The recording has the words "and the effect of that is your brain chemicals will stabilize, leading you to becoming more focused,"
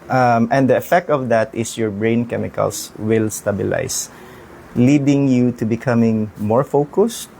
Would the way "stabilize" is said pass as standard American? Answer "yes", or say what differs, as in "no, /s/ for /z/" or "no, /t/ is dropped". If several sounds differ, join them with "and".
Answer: no, /s/ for /z/